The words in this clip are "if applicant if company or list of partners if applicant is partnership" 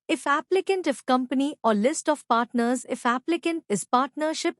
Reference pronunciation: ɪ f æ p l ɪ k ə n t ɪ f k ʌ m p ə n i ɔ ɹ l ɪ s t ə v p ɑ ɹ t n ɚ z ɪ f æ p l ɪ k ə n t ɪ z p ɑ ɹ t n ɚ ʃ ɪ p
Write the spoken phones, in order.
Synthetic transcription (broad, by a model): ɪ f æ p l ɪ k ə n t ɪ f k ʌ m p ə n i ɔ ɹ l ɪ s t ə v p ɑ ɹ t n ɚ z ɪ f æ p l ɪ k ə n t ɪ z p ɑ ɹ t n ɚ ʃ ɪ p